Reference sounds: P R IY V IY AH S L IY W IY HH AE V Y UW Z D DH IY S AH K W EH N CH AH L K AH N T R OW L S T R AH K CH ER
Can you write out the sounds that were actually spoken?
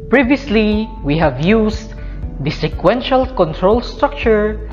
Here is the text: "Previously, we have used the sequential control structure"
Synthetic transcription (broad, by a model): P R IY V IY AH S L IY W IY HH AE V Y UW S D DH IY S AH K W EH N SH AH L K AH N T R OW L S T R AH K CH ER